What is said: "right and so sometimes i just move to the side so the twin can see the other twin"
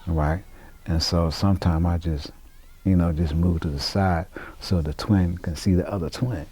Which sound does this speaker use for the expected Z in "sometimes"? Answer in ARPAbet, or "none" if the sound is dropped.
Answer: none